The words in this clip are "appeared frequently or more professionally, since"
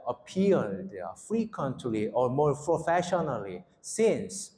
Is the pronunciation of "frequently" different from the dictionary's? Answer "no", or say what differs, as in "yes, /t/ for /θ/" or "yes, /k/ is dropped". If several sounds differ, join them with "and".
no